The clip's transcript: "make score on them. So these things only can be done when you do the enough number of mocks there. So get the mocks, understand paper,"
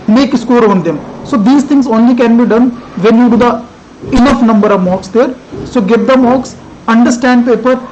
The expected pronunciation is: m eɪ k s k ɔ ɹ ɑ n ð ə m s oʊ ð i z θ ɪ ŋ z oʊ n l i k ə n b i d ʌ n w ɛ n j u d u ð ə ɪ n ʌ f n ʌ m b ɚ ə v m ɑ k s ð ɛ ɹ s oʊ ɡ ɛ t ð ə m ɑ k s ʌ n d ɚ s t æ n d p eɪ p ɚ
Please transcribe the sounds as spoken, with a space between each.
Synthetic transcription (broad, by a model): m eɪ k s k ɔ ɹ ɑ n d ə m s oʊ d i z t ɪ ŋ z oʊ n l i k ə n b i d ʌ n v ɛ n j u d u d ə ɪ n ʌ f n ʌ m b ɚ ə v m ɑ k s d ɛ ɹ s oʊ ɡ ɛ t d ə m ɑ k s ʌ n d ɚ s t æ n d p eɪ p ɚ